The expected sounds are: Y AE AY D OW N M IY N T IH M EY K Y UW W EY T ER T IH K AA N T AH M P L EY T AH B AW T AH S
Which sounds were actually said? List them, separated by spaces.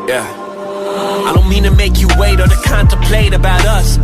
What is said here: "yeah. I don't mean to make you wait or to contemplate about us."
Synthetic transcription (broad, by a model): Y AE AY D OW N M IY N T IH M EY K Y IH W EY T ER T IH K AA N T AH P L EY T AH B AW T AH S